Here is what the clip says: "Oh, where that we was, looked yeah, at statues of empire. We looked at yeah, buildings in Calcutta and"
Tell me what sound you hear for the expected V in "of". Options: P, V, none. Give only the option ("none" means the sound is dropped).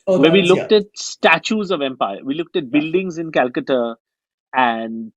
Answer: V